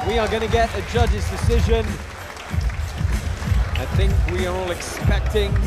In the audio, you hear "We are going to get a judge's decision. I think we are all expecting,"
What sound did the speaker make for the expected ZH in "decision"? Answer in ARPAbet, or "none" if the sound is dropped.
ZH